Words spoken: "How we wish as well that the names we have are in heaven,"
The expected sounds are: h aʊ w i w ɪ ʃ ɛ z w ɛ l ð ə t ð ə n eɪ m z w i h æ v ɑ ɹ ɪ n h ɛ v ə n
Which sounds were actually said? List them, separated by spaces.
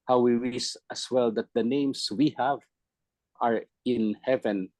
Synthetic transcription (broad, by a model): h aʊ w i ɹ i s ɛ s w ɛ l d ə t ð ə n eɪ m s w i h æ v ɑ ɹ ɪ n h ɛ v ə n